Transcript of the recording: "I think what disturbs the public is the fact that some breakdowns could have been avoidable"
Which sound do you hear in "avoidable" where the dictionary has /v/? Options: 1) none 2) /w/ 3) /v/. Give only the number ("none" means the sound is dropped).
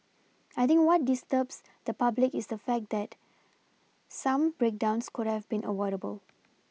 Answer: 2